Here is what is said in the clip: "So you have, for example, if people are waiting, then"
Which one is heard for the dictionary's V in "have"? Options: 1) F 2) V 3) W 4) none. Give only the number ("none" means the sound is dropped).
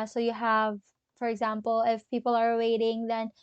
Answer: 2